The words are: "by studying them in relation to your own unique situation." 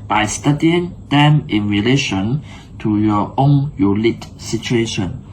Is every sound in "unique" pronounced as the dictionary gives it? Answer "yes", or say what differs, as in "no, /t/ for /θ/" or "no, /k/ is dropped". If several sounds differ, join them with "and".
no, /l/ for /n/